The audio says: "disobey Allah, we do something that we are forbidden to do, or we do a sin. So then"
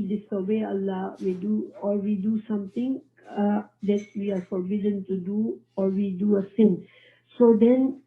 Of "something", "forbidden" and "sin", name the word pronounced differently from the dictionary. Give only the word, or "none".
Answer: something